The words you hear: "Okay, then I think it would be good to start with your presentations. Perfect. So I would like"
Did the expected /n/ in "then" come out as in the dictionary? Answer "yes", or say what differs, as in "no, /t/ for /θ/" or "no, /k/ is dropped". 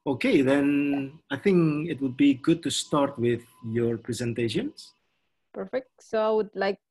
yes